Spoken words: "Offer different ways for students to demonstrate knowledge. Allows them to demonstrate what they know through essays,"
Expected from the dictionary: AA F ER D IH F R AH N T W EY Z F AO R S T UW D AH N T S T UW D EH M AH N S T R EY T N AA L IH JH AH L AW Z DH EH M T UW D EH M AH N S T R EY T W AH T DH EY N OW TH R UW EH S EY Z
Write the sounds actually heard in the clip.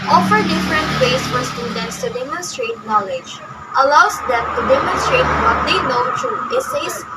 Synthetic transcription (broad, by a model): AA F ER D IH F R AH N T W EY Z F AO R S T UW D AH N T S T UW D EH M AH N S T R EY T N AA L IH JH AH L AW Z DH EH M T UW D EH M AH N S T R EY T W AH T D EY N OW T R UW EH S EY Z